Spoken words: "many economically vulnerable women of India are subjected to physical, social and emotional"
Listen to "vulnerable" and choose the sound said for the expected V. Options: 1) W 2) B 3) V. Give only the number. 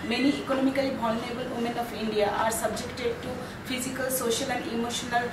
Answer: 2